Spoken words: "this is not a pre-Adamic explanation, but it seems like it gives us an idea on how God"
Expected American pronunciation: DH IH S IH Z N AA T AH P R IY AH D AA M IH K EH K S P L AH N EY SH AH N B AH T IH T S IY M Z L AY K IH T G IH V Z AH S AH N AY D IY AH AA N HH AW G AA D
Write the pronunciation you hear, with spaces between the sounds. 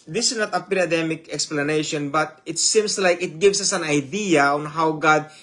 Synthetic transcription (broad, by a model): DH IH S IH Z N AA T AH P R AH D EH M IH K EH K S P L AH N EY SH AH N B AH T IH T S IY M S L AY K IH T G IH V S AH S AH N AY D IY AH AA N HH AW G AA D